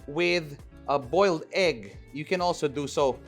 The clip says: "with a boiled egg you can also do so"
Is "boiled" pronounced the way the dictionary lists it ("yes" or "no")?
yes